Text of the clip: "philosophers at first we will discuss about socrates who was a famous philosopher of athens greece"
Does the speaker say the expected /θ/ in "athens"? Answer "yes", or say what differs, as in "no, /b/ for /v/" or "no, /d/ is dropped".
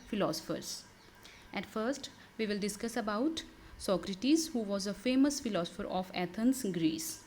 no, /t/ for /θ/